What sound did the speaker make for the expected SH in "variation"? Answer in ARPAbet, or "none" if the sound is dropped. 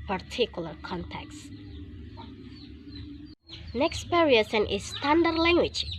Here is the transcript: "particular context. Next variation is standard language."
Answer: S